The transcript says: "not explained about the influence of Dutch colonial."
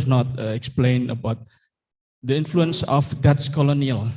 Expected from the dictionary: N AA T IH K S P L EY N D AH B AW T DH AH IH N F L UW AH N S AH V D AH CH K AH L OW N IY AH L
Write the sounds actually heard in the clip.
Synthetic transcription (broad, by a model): N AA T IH K S P L EY N AH B AW T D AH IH N F L UW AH N S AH F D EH S K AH L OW N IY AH L